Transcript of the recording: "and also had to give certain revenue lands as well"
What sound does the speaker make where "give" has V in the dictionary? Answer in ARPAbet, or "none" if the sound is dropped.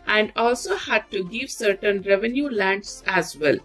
V